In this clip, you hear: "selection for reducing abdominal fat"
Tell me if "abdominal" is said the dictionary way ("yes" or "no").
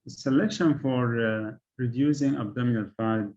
yes